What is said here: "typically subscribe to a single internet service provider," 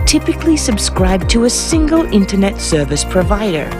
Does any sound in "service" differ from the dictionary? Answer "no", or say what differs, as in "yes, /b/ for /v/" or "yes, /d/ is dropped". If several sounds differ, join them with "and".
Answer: no